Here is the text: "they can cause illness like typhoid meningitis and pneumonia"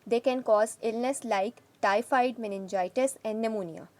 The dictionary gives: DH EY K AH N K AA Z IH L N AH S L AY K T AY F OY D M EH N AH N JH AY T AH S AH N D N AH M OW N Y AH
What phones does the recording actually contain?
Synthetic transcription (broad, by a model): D EY K AH N K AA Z IH L N AH S L AY K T AY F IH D M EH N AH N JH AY T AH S AH N D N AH M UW N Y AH